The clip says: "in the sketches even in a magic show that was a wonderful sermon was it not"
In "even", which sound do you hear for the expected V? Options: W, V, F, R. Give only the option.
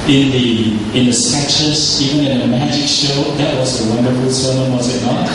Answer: V